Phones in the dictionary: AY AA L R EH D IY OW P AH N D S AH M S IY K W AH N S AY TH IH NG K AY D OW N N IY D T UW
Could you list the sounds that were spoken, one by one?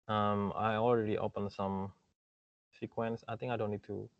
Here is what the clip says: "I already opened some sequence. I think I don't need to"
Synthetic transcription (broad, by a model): AY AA L R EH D IY OW P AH N S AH M S IY K W AH N S AY T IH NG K AY D OW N N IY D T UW